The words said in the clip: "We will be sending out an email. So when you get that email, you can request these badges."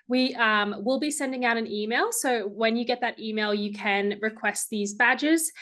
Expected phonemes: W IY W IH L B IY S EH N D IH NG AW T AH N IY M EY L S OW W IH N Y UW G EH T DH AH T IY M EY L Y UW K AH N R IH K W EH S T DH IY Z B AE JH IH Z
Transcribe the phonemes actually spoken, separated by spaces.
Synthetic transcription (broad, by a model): W IY W IH L B IY S EH N D IH NG AW T AH N IY M EY L S OW W IH N Y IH G EH T DH AH T IY M EY L Y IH K AH N R IH K W EH S T DH IY Z B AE JH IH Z